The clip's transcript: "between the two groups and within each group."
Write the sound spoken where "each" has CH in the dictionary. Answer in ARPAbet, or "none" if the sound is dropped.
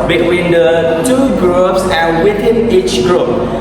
CH